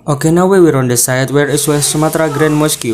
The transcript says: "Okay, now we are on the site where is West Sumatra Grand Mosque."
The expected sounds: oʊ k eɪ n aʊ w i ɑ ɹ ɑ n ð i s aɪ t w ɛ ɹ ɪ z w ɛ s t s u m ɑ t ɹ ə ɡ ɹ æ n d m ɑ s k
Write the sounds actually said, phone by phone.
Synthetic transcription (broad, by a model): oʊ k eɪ n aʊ w i ɹ ɑ n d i s aɪ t w ɛ ɹ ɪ s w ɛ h s u m ɑ t ɹ ə ɡ ɹ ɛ n m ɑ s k